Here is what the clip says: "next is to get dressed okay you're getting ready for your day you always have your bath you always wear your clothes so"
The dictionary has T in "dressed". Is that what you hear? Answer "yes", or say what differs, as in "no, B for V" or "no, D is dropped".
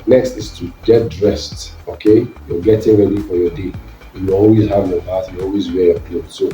yes